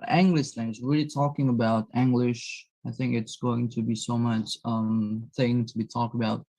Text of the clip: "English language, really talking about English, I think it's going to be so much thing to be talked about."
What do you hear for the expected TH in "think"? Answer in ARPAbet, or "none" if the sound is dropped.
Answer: TH